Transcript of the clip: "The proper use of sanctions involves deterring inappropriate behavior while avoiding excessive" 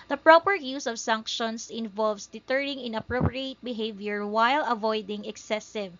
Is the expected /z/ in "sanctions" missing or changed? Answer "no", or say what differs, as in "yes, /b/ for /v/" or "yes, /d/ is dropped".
yes, /s/ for /z/